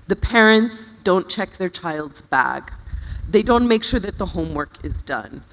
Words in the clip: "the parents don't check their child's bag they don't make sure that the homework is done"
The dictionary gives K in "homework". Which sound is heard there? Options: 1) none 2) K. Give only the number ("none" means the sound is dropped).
2